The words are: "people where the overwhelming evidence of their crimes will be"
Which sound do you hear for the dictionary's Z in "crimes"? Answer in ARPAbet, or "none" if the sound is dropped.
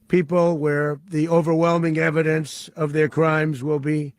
Z